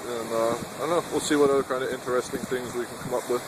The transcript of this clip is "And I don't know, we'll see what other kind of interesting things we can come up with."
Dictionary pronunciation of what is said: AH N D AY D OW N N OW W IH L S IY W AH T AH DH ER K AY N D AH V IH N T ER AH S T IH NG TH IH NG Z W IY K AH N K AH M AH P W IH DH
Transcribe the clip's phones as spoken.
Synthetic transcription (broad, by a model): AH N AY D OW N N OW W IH L S IY W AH T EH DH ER K AY N D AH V IH N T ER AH S T IH NG TH IH NG Z W IY K AH N K AH M AH P W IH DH